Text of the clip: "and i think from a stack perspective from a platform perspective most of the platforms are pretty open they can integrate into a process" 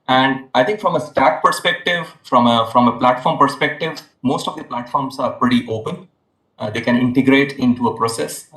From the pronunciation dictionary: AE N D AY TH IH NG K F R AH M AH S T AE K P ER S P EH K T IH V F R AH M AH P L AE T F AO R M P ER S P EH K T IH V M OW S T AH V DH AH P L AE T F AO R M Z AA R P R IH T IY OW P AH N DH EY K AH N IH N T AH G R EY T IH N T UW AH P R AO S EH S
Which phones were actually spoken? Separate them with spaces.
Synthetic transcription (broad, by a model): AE N D AY T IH NG K F R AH M AH S T AE K P ER S P EH K T IH V F R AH M AH P L AE T F AO R M P ER S P EH K T IH V M OW S T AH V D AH P L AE T F AO R M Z AA R P R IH T IY OW P AH N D EY K AH N IH N T AH G R EY T IH N T UW AH P R AO S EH S